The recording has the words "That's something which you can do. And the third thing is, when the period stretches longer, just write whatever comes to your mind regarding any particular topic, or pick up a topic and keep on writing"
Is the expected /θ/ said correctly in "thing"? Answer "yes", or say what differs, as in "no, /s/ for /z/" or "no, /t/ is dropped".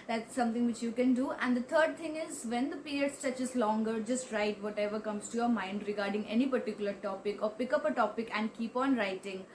no, /t/ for /θ/